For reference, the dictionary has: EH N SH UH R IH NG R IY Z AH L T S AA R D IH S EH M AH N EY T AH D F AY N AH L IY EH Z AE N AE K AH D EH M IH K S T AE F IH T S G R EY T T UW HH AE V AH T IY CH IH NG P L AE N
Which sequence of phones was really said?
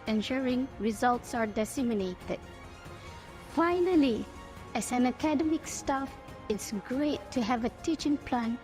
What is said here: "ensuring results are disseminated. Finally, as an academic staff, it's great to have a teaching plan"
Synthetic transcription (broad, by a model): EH N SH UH R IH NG R IY Z AH L T S AA R D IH S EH M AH N EY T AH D F AY N AH L IY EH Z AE N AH K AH D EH M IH K S T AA F IH T S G R EY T T UW HH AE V AH T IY CH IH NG P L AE N